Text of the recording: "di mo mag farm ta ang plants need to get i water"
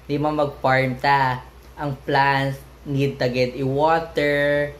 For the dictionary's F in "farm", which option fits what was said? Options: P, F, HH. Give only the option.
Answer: P